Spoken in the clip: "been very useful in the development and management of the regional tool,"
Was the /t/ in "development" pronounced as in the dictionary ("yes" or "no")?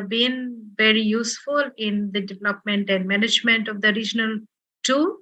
yes